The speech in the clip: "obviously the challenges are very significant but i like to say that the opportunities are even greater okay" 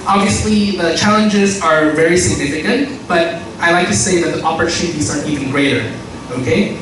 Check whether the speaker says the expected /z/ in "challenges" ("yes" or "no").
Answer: yes